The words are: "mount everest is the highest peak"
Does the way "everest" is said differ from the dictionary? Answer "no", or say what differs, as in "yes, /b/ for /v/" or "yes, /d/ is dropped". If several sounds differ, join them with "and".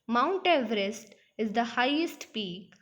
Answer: no